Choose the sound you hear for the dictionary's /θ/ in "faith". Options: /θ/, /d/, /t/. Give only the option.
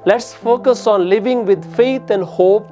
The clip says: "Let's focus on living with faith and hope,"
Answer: /t/